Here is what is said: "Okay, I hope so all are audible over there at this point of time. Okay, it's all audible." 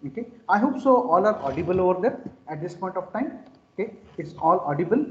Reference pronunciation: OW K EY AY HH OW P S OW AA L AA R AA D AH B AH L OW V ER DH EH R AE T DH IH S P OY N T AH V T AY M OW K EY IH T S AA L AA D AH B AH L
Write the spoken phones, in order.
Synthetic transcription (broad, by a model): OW K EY AY HH OW P S OW AA L AA R AA D AH B AH L OW V ER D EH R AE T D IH S P OY N T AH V T AY M OW K EY IH T S AA L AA D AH B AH L